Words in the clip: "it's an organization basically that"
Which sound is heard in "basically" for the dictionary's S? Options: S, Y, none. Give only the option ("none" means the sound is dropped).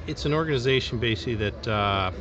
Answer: none